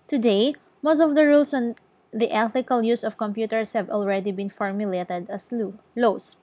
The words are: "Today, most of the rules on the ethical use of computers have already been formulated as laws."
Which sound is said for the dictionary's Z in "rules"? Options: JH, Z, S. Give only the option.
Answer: S